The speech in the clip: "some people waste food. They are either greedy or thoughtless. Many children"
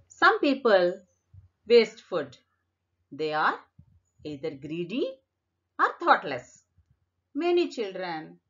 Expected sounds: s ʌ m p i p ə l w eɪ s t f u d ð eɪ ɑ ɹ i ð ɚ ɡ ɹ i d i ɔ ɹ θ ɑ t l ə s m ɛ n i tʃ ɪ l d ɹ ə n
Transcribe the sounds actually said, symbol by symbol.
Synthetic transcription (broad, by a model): s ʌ m p i p ə l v eɪ s t f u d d eɪ ɑ ɹ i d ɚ ɡ ɹ i d i ɔ ɹ t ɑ t l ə s m ɛ n i tʃ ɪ l d ɹ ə n